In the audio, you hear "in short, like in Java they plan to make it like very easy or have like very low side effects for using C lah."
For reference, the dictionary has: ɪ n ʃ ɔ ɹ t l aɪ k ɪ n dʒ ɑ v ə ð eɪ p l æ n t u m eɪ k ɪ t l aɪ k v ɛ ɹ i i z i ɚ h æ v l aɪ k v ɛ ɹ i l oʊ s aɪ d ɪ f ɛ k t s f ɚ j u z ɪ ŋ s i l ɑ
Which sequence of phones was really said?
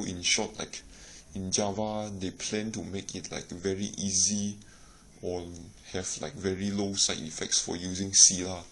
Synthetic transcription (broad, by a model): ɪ n ʃ ɔ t l aɪ k ɪ n dʒ ɑ v ə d eɪ p l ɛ n t u m eɪ k ɪ t l aɪ k v ɛ ɹ i i z i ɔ h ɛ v l aɪ k v ɛ ɹ i l oʊ s aɪ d ɪ f ɛ k t s f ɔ j u z ɪ ŋ s i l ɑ